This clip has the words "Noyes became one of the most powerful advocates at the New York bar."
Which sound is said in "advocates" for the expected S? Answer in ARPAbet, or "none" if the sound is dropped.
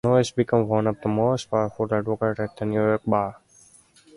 none